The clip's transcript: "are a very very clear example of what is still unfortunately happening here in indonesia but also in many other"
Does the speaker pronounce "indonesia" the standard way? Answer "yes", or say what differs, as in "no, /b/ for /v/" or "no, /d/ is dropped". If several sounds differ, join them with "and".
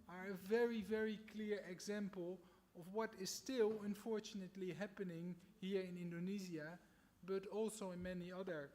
no, /z/ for /ʒ/